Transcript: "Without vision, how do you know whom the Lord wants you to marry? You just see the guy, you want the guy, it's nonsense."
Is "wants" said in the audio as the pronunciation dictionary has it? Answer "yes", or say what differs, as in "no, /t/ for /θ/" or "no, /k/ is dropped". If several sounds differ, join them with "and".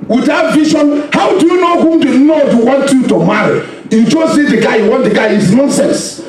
no, /s/ is dropped